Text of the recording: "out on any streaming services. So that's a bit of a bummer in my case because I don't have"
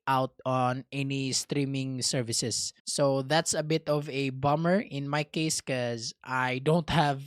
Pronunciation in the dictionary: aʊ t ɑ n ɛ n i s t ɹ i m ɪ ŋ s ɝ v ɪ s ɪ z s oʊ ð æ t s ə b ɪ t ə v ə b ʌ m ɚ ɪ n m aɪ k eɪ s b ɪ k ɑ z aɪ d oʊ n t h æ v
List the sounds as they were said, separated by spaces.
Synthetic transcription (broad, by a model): aʊ t ɑ n ɛ n i s t ɹ i m ɪ ŋ s ɝ v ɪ s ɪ s oʊ ð æ t s ə b ɪ t ə v ə b ʌ m ɚ ɪ n m aɪ k eɪ s k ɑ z aɪ d oʊ n t h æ v